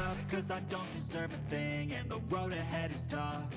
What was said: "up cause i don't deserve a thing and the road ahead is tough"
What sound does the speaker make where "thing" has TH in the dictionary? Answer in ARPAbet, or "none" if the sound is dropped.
TH